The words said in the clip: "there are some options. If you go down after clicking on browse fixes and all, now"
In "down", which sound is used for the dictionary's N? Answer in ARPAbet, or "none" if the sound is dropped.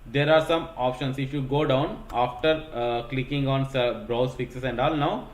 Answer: N